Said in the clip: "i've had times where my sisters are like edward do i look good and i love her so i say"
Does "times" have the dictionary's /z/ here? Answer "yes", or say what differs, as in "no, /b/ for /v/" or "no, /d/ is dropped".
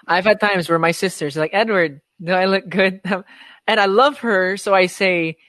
yes